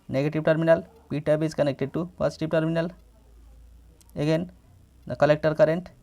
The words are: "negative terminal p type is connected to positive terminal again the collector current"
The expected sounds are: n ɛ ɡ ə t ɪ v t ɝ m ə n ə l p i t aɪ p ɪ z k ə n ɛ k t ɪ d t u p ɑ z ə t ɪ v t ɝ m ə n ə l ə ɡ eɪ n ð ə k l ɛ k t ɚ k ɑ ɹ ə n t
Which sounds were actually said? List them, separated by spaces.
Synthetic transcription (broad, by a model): n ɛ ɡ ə t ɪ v t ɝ m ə n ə l p i t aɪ b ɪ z k ə n ɛ k t ɪ d t u p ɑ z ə t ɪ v t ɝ m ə n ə l ə ɡ eɪ n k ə l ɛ k t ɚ k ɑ ɹ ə n t